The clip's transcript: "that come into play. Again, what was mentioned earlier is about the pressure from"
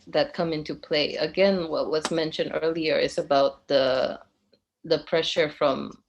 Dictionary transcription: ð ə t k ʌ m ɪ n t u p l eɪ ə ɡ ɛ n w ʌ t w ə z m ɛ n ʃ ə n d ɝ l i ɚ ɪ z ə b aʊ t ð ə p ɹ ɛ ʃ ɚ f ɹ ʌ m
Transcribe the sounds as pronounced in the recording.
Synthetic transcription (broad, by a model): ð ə t k ʌ m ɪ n t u p l eɪ ə ɡ ɛ n w ʌ t w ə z m ɛ n ʃ ə n d ɝ l i ɚ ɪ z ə b aʊ t ð ə p ɹ ɛ ʃ ɚ f ɹ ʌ m